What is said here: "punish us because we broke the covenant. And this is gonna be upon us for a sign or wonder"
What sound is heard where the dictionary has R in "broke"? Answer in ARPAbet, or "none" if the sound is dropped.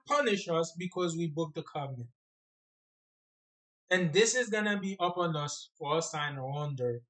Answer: none